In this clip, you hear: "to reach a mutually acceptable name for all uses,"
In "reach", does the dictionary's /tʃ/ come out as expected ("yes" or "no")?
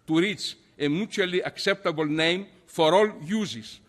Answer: no